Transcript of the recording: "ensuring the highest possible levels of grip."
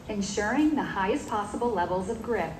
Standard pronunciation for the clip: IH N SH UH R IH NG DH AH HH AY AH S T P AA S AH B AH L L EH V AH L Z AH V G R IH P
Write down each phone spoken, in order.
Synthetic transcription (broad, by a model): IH N SH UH R IH NG DH AH HH AY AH S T P AA S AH B L L EH V L Z AH V G R IH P